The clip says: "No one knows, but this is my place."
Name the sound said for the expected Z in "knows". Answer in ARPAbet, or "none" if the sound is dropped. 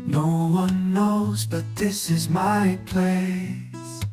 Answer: Z